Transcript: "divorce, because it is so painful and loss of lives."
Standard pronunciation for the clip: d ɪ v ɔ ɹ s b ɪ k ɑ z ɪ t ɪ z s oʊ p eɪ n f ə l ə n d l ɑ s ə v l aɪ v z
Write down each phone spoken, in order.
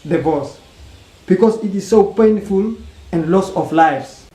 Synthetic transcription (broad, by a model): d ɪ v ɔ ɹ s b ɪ k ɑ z ɪ t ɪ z s oʊ p eɪ n f ə l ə n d l ɑ s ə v l aɪ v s